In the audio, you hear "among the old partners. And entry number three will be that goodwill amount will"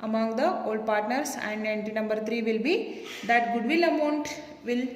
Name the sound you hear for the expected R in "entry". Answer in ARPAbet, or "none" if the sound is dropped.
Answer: none